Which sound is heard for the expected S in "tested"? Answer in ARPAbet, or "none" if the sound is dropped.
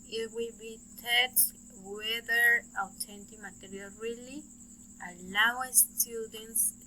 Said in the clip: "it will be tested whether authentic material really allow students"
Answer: none